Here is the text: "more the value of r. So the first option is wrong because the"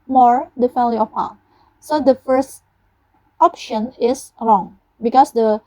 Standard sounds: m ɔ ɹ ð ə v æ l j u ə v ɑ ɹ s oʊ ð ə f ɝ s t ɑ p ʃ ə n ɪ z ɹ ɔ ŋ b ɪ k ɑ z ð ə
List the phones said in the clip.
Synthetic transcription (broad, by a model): m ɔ ɹ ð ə f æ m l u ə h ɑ s oʊ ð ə f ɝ s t ɑ p ʃ ə n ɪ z ɹ ɔ ŋ b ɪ k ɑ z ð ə